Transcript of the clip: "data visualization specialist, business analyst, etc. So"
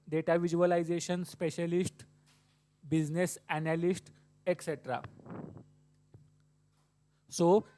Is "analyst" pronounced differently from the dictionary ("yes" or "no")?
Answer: no